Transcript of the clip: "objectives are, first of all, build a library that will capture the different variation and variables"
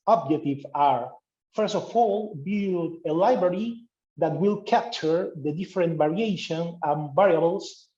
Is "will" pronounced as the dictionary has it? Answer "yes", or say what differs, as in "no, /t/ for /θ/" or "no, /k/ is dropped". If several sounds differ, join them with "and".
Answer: yes